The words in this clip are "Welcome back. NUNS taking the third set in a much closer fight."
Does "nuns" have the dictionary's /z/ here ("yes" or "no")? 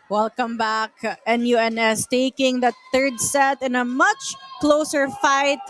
no